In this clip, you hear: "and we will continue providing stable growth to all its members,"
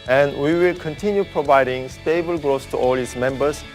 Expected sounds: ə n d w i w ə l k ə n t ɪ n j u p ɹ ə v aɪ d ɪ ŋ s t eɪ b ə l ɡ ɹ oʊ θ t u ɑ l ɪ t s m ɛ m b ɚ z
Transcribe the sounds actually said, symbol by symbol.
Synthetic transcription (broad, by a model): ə n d w i w ə l k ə n t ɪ n j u p ɹ ə v aɪ d ɪ ŋ s t eɪ b ə l ɡ ɹ oʊ s t u ɑ l ɪ t s m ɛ m b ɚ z